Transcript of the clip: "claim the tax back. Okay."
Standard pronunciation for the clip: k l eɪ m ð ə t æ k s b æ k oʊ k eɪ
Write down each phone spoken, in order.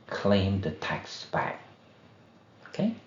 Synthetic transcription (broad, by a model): k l eɪ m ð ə t æ k s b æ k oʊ k eɪ